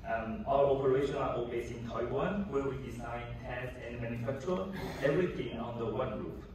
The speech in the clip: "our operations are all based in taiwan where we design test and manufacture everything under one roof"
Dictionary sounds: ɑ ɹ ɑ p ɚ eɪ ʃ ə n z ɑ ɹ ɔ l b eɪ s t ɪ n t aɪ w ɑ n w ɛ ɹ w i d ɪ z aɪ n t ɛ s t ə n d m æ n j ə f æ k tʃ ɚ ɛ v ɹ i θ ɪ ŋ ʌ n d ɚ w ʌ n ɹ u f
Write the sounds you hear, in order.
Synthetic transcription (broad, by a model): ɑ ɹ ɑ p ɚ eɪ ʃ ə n ɑ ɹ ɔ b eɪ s ɪ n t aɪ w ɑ n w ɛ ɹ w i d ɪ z aɪ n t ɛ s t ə n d m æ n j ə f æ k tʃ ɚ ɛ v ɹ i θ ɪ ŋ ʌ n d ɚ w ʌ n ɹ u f